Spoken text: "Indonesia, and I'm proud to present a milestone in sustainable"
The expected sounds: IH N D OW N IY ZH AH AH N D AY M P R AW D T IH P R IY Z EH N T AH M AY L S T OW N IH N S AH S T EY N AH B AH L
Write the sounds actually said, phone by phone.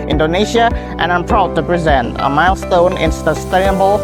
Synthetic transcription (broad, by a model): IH N D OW N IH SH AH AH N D AY M P R AW D T IH P R IY Z EH N T AH M AY L S T OW N IH N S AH S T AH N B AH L